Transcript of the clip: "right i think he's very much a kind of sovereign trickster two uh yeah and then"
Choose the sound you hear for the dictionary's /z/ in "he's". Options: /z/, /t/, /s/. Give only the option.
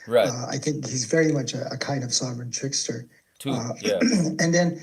/z/